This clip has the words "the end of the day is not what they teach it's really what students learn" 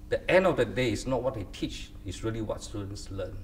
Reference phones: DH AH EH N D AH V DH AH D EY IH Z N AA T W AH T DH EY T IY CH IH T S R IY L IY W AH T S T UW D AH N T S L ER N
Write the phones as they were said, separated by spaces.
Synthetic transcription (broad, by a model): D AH EH N D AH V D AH D EY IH S N AA T W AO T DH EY T IY CH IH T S R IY L IY W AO T S T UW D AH N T S L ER N